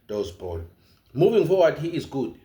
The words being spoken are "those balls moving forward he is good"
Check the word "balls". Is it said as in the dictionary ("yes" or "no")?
no